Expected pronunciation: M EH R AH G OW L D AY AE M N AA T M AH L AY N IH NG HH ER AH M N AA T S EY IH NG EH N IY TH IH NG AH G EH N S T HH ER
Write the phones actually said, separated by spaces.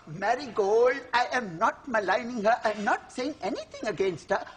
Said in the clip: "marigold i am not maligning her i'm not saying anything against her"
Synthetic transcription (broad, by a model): M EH R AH G OW L D AY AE M N AA T M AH L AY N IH NG HH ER AH M N AA T S EY IH NG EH N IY T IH NG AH G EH N S T HH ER